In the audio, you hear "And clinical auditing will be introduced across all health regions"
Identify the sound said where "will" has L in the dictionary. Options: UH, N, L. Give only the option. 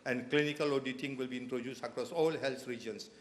L